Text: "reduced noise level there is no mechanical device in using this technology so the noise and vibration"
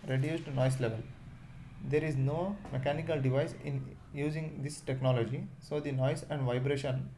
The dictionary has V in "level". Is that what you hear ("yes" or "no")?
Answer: yes